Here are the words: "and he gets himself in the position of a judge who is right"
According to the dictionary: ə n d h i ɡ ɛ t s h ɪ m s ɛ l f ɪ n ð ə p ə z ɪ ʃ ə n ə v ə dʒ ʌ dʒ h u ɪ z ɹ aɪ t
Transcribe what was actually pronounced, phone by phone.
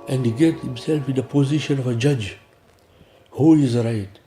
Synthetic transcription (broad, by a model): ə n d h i ɡ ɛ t h ɪ m s ɛ l f ɪ n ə p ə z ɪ ʃ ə n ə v ə dʒ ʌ dʒ h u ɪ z ɹ aɪ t